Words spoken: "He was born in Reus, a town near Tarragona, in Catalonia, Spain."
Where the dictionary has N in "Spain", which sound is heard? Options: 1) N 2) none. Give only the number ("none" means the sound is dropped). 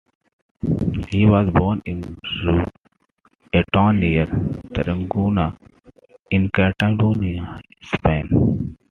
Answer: 1